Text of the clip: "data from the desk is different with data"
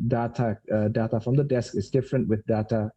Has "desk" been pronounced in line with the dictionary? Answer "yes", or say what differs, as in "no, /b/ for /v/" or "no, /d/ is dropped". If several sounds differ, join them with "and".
yes